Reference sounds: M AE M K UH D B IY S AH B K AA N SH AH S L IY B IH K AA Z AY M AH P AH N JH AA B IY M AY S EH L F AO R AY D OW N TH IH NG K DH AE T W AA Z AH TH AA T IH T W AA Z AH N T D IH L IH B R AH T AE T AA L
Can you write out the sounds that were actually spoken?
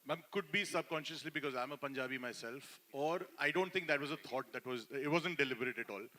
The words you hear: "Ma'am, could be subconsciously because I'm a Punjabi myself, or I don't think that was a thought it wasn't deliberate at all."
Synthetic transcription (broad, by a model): M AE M K UH D B IY S AH B K AA N SH AH S L IY B IH K AA Z AY M AH P AH N JH AA B IY M AY S EH L F AO R AY D OW N T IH NG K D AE T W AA Z AH T AA T IH T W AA Z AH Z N D IH L IH B R AH T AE T AA L